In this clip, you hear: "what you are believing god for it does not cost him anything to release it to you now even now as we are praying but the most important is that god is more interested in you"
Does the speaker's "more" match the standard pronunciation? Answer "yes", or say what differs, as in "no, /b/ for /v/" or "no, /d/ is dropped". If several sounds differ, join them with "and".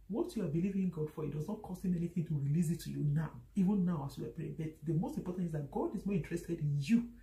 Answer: yes